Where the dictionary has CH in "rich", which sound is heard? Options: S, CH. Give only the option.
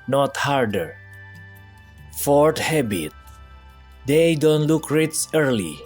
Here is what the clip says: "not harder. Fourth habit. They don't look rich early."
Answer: S